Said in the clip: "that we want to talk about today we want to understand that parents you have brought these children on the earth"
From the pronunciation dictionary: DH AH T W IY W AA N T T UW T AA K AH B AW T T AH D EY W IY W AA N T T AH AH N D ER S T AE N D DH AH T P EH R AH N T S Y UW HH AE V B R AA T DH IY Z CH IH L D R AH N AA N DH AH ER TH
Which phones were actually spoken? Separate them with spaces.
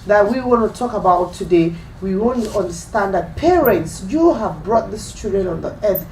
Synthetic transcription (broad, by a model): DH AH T W IY W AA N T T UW T AA K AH B AW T T AH D EY W IY W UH N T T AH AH N D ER S T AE N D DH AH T P EH R AH N T S Y UW HH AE V B R AA T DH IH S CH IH D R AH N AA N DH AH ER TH